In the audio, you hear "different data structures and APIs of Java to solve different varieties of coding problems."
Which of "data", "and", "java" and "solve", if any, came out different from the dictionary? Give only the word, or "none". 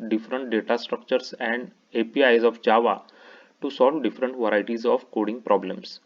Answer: none